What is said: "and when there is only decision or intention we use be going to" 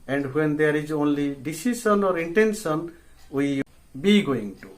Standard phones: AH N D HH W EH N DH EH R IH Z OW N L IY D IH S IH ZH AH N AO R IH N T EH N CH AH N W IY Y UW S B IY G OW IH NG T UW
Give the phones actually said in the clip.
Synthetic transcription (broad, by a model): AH N D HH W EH N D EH R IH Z OW N L IY D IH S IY S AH N AO R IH N T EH N S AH N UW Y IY B IY G OW IH NG T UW